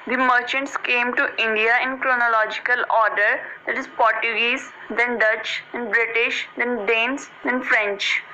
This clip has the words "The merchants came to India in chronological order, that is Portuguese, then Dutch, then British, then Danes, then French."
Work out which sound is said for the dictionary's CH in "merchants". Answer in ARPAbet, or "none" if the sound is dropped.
CH